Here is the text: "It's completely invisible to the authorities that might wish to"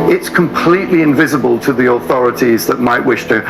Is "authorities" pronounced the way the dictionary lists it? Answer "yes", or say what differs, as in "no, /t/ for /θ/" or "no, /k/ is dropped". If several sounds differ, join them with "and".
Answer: yes